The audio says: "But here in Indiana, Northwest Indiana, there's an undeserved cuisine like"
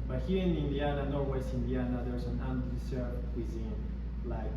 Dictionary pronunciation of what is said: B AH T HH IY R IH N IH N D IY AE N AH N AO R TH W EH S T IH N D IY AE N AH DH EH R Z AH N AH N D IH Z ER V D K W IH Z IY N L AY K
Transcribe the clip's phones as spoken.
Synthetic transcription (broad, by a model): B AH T HH IY R IH N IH N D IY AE N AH N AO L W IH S IH N D IY AE N AH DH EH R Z AH N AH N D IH S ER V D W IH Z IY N L AY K